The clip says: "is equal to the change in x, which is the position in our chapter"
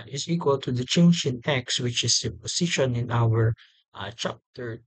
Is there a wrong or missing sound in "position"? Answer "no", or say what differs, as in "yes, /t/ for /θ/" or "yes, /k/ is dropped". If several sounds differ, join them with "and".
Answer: yes, /s/ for /z/